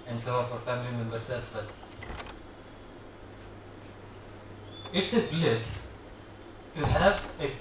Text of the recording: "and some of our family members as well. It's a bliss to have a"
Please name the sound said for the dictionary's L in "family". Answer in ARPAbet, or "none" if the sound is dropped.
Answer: L